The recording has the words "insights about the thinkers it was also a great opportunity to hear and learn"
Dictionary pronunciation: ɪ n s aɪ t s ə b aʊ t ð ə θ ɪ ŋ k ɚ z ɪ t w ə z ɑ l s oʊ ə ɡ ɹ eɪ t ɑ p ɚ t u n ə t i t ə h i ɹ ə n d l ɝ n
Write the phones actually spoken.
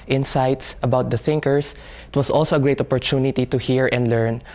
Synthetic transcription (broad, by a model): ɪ n s aɪ t s ə b aʊ t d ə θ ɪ ŋ k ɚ s ɪ t w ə s ɑ l s oʊ ə ɡ ɹ eɪ t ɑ p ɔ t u n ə t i t ə h i ɹ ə n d l ɝ n